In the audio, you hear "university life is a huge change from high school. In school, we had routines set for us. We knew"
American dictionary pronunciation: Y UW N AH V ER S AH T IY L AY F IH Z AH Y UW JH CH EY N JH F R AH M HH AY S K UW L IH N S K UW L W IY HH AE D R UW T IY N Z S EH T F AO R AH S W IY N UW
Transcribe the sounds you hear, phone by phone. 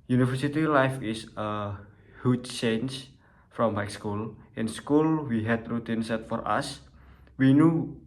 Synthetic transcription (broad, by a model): Y UW N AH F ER S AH T IY L AY F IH S AH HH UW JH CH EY N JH F R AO M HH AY S K UW L IH N S K UW L W IY HH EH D R UW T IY N S EH T F AO R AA S W IY N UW